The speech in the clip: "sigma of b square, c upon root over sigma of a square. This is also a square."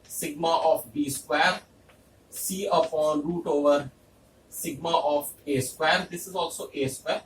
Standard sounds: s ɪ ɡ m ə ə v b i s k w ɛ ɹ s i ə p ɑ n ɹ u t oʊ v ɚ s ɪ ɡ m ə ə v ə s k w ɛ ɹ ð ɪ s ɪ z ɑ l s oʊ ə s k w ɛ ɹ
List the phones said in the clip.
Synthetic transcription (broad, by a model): s ɪ ɡ m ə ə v b i s k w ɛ ɹ s i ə f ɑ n ɹ u t oʊ v ɚ s ɪ ɡ m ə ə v ə s k w ɛ ɹ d ɪ s ɪ z ɑ l s oʊ ə s k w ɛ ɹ